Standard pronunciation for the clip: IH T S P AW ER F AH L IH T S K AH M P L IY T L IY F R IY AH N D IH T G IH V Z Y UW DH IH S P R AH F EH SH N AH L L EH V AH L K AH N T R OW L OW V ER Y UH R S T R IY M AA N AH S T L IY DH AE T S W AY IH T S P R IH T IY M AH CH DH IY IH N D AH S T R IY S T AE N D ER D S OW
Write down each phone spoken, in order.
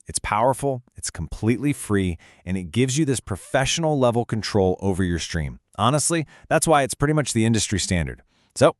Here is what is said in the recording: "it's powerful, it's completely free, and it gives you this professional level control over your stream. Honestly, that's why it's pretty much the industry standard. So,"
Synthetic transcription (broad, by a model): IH T S P AW ER F L IH T S K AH M P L IY T L IY F R IY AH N IH T G IH V Z Y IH DH IH S P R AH F EH SH N L L EH V L K N T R OW L OW V ER Y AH R S T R IY M AA N AH S T L IY DH AE T S W AY IH T S P R IH T IY M AH CH DH IY IH N D AH S T R IY S T AE N D ER D S OW